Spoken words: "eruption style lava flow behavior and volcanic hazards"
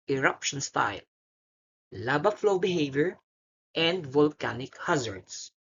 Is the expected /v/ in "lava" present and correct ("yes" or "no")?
no